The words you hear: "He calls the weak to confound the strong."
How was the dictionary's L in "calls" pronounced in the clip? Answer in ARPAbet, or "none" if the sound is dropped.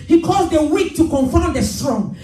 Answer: none